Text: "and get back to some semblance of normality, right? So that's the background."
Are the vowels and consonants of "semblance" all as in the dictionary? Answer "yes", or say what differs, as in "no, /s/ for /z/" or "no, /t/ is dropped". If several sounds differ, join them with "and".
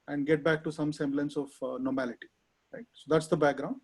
yes